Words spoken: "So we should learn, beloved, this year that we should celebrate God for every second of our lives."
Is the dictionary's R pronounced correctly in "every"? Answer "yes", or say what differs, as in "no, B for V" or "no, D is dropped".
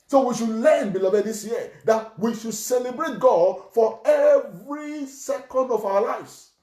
yes